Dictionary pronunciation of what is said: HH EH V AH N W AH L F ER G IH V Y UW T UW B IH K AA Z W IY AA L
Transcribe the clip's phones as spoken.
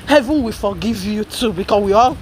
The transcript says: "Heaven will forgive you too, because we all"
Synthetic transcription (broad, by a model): HH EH V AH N W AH F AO G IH V Y UW T UW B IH K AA W IY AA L